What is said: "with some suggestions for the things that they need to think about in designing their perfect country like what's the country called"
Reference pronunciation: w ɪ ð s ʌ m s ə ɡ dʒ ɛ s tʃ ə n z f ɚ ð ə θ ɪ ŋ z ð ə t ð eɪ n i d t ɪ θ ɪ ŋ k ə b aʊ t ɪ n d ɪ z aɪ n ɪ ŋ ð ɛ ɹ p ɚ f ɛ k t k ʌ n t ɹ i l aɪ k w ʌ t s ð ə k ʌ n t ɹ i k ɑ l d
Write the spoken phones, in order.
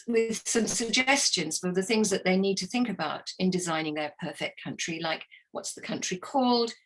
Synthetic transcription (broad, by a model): w ɪ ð s ʌ m s ə ɡ dʒ ɛ s tʃ ə n z f ɚ ð ə θ ɪ ŋ z ð ə t ð eɪ n i d t ɪ θ ɪ ŋ k ə b aʊ t ɪ n d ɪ z aɪ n ɪ ŋ ð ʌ ɹ p ɚ f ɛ k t k ʌ n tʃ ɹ i l aɪ k w ʌ t s ð ə k ʌ n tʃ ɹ i k ɑ l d